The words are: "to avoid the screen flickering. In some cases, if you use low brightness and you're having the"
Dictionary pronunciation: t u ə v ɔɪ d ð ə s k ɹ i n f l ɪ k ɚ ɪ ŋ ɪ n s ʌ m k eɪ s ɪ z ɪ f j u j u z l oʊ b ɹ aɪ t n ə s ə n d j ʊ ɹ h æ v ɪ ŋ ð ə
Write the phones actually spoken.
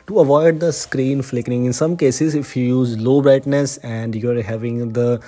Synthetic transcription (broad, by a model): t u ə v ɔɪ d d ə s k ɹ i n f l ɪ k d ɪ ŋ ɪ n s ʌ m k eɪ s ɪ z ɪ f j u j u z l oʊ b ɹ aɪ t n ə s ə n d j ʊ ɹ h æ v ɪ ŋ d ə